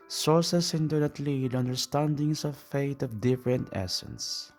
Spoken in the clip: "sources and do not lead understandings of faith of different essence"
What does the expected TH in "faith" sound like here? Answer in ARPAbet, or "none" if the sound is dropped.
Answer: T